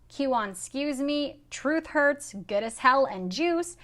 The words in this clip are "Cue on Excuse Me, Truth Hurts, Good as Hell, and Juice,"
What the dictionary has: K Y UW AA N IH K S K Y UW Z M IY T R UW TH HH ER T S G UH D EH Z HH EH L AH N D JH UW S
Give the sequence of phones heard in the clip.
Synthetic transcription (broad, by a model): K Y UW AA N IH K S K Y UW Z M IY T R UW TH HH ER T S G UH D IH S HH EH L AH N JH UW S